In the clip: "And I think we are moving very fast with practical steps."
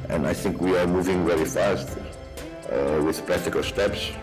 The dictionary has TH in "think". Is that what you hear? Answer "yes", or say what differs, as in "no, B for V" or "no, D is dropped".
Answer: yes